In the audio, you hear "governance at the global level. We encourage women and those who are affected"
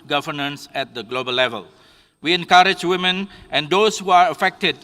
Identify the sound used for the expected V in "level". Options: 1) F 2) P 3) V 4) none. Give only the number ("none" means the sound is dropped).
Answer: 3